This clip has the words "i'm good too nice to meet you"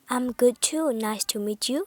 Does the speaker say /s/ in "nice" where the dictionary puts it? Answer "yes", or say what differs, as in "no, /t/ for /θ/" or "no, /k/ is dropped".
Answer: yes